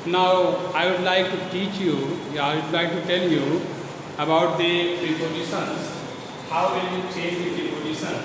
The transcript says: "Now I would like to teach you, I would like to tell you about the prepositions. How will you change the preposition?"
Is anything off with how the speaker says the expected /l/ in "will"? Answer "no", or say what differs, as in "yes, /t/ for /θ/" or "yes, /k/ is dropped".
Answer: yes, /n/ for /l/